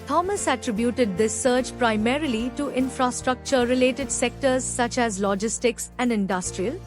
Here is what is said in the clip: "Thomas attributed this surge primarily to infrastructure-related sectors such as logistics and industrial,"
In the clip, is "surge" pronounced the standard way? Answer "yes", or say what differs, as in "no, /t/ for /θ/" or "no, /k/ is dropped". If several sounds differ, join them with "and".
no, /tʃ/ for /dʒ/